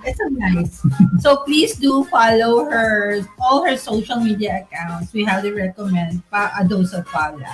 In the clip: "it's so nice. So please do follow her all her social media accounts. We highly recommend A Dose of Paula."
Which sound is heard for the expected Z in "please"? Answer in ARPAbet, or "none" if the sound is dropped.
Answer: S